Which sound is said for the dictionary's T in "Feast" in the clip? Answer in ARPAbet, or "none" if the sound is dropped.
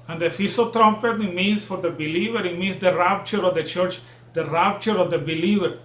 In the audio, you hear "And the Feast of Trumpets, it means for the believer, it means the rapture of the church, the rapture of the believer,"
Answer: none